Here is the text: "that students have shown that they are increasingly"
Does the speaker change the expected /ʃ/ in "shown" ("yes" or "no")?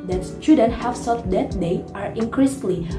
yes